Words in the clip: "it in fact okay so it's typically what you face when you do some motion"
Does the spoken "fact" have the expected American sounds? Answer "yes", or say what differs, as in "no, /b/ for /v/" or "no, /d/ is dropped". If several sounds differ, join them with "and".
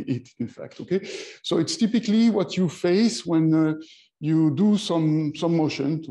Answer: yes